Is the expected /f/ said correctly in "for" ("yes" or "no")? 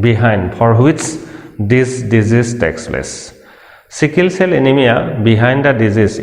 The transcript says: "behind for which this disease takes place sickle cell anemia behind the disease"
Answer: no